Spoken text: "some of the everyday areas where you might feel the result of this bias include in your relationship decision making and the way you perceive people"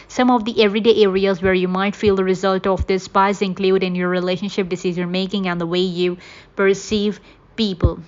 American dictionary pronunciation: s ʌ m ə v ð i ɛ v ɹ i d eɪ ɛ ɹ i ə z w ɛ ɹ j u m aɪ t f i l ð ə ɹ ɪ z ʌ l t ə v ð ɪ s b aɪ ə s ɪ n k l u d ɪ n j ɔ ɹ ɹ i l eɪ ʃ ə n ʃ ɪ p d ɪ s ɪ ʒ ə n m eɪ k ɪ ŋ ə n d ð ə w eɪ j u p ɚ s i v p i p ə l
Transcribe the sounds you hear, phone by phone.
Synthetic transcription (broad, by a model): s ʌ m ə v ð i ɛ v ɹ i d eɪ ɛ ɹ i ə z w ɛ ɹ j u m aɪ t f i l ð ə ɹ ɪ z ʌ l t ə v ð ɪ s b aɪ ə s ɪ n k l u d ɪ n j ɔ ɹ ɹ i l eɪ ʃ ə n ʃ ɪ p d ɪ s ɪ z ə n m eɪ k ɪ ŋ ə n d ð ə w eɪ j u p ɚ s i v p i p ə l